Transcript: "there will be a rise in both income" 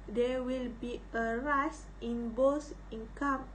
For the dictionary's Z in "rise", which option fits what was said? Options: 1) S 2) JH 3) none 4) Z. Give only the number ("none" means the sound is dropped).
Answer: 1